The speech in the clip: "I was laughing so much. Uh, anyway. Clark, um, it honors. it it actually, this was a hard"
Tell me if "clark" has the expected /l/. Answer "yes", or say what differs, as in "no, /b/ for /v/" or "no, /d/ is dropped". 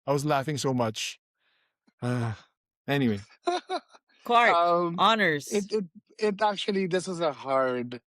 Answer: no, /l/ is dropped